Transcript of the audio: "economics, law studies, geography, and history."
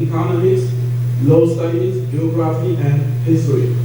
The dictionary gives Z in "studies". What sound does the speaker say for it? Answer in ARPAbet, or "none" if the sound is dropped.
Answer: S